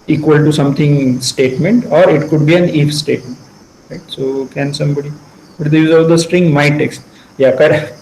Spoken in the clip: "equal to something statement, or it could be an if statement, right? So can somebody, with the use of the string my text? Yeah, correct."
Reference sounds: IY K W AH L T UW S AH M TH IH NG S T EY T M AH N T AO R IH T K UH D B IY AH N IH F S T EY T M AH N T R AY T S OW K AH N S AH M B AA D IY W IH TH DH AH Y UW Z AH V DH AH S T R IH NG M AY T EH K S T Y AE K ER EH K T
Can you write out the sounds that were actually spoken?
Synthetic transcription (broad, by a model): IY K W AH L T UW S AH M T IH NG S T EY T M AH N T AO R IH T K UH D B IY AH N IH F S T EY T M AH N T R AY T S OW K AH N S AH M B AA D IY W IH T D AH Y UW Z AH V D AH S T R IH NG M AY T EH K S T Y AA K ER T